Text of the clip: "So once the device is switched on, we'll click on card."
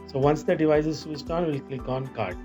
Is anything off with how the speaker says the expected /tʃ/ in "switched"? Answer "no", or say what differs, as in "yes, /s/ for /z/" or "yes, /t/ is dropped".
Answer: yes, /s/ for /tʃ/